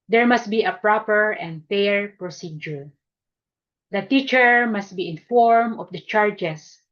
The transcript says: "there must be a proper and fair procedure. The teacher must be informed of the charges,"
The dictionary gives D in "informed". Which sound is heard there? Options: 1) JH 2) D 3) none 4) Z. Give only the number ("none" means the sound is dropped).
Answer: 3